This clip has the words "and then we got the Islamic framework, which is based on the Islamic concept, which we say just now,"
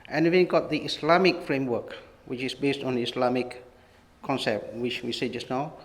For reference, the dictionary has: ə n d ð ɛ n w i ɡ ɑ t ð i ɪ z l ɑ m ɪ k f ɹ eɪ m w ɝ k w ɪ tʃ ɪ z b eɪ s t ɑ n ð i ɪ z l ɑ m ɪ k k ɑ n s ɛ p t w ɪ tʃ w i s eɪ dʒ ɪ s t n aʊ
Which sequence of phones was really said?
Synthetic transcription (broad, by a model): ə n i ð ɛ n ɡ ɑ t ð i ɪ s l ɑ m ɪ k f ɹ eɪ m w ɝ k w ɪ tʃ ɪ s b eɪ s t ɑ n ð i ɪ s l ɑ m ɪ k k ɑ n s ɛ p t w ɪ tʃ w i s eɪ dʒ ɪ s n aʊ